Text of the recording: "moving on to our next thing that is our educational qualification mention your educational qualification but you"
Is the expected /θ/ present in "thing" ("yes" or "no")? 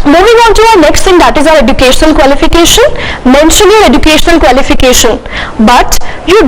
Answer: no